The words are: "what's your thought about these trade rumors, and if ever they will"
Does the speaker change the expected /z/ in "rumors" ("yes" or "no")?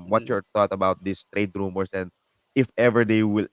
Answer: yes